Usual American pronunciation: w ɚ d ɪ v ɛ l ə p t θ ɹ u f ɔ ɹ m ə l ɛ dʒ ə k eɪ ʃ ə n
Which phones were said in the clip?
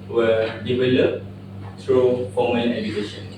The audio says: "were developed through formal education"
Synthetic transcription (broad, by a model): w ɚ d ɪ v ɛ l ə p t ɹ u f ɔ m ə n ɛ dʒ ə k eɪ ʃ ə n